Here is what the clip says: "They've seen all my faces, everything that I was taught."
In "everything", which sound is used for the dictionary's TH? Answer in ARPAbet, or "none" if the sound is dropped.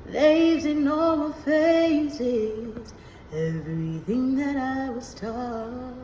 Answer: TH